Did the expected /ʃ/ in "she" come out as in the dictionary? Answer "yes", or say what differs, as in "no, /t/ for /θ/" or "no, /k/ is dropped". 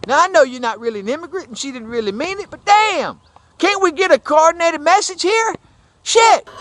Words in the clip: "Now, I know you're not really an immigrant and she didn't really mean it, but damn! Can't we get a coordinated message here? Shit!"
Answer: yes